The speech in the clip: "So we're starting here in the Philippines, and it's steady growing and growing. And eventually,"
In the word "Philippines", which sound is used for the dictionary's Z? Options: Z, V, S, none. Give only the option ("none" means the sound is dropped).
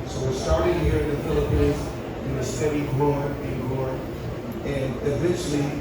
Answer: Z